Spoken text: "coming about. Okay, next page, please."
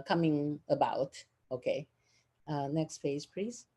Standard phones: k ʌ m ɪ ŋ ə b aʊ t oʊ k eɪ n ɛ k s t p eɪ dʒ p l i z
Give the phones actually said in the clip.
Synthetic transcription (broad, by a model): k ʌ m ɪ ŋ ə b aʊ t oʊ k eɪ n ɛ k s t f eɪ z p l i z